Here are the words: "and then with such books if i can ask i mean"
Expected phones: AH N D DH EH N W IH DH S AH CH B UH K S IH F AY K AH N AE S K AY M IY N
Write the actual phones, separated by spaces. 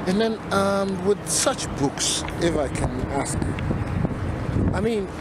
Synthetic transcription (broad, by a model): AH N DH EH N W IH DH S AH CH B UH K S IH F AY K AH N AE S K AY M IY N